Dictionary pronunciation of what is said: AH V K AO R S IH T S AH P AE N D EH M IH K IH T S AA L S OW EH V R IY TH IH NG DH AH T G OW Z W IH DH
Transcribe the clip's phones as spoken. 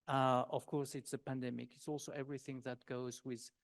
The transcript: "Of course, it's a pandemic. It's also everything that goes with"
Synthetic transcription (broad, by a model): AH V K AO R S IH T S AH P AE N D EH M IH K IH T S AA L S OW EH V R IY TH IH NG DH AH T G OW Z W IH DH